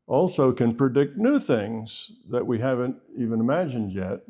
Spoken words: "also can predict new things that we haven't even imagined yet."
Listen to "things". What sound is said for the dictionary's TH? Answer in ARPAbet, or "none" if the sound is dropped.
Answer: TH